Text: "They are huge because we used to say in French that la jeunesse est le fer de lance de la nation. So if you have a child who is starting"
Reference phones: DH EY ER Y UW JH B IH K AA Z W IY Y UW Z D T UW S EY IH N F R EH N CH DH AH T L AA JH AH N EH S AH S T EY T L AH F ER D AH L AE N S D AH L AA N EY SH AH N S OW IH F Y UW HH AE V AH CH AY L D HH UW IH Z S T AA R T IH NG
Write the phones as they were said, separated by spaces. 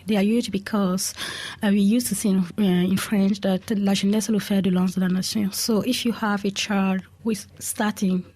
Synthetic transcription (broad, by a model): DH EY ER Y UW JH B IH K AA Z W IY Y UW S T UW S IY IH N F R EH N CH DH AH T L AA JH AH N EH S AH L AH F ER D AH L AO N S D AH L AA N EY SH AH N S OW IH F Y UW HH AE V AH CH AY D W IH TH S T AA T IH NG